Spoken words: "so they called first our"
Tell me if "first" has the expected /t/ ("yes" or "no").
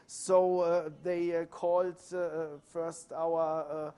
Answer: yes